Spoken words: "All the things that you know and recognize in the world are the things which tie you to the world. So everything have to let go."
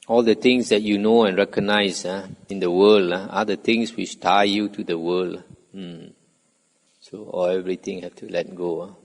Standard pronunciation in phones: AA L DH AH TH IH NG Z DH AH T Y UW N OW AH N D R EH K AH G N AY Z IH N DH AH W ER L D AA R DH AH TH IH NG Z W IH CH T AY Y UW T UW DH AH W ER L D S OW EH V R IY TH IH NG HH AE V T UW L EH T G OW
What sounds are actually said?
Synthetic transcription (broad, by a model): AA L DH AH T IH NG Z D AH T Y UW N OW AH N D R EH K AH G N AY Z IH N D AH W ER L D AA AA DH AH T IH NG S W IH CH T AY Y UW T UW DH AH W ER L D S OW EH V R IY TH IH NG HH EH F T UW L EH T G OW